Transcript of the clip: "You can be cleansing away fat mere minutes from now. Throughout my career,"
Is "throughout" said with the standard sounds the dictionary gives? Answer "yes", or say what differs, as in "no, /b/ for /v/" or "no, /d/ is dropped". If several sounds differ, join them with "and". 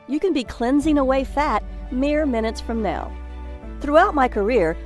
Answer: yes